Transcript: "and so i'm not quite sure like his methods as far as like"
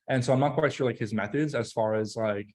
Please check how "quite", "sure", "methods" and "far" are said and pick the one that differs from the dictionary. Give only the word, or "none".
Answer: none